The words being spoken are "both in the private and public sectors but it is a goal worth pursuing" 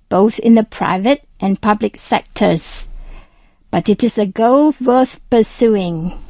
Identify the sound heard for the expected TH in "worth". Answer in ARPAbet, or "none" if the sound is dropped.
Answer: TH